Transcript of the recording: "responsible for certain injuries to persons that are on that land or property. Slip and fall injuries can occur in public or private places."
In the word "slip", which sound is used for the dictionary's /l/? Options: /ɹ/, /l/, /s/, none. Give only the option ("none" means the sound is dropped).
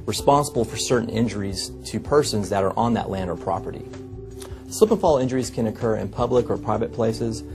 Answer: none